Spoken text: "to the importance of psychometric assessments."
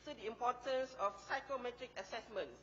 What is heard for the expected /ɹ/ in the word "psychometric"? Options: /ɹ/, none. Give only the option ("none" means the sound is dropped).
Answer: /ɹ/